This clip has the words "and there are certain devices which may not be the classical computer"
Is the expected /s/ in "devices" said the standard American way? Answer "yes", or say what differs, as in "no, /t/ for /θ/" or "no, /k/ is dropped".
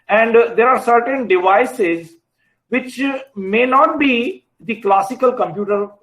yes